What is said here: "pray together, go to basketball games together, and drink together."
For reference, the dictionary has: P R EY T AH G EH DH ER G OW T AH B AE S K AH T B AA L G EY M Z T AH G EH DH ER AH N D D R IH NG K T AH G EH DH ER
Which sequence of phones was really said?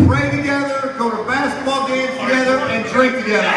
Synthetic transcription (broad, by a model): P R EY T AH G EH DH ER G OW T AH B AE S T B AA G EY Z T AH G EH DH ER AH N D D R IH K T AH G EH DH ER